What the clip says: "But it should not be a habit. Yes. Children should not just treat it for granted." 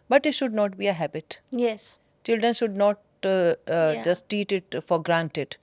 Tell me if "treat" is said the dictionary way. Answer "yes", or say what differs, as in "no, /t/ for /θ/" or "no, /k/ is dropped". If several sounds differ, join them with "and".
no, /ɹ/ is dropped